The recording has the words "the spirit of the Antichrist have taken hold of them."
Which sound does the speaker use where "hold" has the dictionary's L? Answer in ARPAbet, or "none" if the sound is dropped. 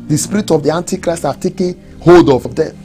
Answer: none